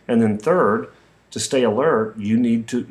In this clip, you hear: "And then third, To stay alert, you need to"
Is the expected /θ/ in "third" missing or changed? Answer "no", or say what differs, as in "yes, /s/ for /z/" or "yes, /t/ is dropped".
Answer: no